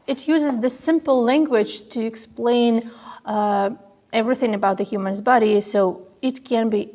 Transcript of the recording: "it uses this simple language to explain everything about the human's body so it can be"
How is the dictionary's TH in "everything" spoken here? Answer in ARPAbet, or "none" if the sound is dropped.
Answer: TH